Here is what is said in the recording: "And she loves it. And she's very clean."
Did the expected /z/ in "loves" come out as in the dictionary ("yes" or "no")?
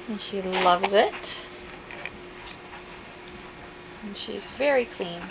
yes